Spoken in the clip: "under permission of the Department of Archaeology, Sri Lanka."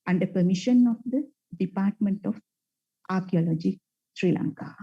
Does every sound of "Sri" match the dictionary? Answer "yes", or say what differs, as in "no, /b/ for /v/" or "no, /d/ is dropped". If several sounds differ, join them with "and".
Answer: yes